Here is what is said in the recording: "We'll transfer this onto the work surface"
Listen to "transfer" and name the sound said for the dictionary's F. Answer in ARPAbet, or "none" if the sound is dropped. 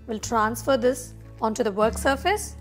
F